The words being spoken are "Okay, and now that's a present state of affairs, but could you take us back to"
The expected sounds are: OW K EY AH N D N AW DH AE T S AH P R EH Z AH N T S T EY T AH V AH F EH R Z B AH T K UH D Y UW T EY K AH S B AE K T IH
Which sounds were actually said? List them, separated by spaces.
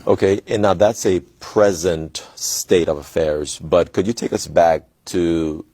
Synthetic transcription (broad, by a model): OW K EY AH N N AW DH AE T S AH P R EH Z AH N T S T EY T AH V AH F EH R Z B AH T K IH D Y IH T EY K AH S B AE K T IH